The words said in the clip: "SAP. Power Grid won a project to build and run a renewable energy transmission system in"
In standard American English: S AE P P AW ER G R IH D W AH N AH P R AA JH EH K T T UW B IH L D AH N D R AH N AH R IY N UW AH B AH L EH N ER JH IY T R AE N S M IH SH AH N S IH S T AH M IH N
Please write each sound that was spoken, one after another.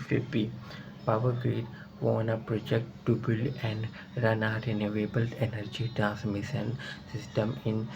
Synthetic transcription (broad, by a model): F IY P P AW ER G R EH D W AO N AH P R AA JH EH K T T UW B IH L AH N D R AH N AH R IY N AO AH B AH L EH N ER JH IY T R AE N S M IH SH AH N S IH S T AH M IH N